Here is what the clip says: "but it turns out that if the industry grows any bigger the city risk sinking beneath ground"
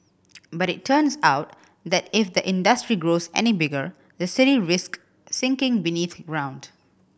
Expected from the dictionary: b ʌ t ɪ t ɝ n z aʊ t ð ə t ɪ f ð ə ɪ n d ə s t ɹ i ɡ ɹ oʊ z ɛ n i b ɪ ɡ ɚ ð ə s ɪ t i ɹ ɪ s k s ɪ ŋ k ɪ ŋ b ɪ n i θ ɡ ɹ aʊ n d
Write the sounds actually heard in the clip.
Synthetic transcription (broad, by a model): b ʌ t ɪ t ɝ n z aʊ t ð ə t ɪ f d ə ɪ n d ə s t ɹ i ɡ ɹ oʊ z ɛ n i b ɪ ɡ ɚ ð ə s ɪ t i ɹ ɪ s k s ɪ ŋ k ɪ ŋ b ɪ n i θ ɡ ɹ aʊ n d